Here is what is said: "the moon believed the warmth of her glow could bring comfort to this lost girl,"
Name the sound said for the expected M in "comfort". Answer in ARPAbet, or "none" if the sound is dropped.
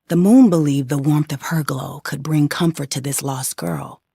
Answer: M